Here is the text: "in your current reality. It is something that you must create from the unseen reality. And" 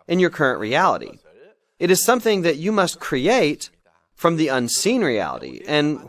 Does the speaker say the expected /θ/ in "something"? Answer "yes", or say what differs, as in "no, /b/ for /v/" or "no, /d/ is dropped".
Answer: yes